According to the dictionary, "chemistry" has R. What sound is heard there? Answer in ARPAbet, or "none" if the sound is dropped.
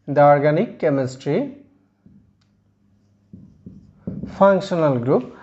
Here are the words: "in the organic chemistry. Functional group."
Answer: R